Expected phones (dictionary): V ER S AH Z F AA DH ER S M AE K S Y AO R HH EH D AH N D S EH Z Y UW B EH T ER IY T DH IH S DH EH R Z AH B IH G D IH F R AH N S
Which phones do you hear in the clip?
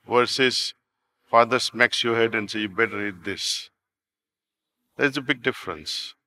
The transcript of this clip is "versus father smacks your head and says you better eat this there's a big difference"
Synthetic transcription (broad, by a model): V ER S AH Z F AA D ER S M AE K S Y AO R HH EH D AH N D S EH Y UW B EH T ER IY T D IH S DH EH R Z AH B IH G D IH F R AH N S